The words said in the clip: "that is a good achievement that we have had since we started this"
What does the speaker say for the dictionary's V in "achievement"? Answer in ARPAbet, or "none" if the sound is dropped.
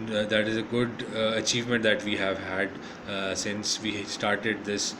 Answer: V